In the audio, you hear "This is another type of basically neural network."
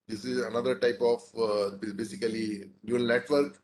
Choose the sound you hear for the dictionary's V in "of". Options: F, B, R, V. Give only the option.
B